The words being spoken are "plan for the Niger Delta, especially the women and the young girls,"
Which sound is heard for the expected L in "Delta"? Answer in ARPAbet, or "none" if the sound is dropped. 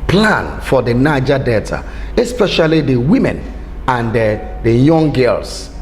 none